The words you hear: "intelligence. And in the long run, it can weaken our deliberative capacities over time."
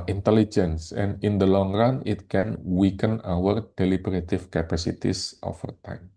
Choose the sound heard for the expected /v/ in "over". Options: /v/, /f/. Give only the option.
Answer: /f/